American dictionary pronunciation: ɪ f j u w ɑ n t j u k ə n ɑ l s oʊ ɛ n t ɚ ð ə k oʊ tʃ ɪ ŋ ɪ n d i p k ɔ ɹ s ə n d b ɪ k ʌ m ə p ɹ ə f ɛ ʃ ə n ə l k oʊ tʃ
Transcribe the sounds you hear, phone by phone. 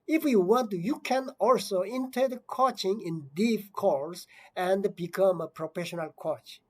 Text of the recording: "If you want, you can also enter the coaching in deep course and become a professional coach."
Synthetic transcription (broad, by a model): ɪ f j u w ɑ n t j u k ə n ɑ l s oʊ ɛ n t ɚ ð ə k oʊ tʃ ɪ ŋ ɪ n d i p k ɔ l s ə n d b ɪ k ʌ m ə p ɹ ə f ɛ ʃ ə n ə l k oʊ tʃ